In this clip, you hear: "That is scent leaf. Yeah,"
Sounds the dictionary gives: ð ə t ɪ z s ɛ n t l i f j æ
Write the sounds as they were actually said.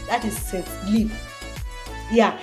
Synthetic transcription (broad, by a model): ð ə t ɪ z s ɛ t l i p j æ